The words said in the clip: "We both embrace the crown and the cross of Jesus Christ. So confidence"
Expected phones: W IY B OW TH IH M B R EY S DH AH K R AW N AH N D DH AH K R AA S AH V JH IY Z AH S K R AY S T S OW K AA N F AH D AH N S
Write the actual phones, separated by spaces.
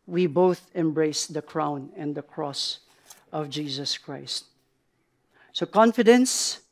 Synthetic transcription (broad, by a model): W IY B OW TH IH M B R EY S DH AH K R AW N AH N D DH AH K R AA S AH V JH IY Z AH S K R AY S T S OW K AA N F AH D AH N S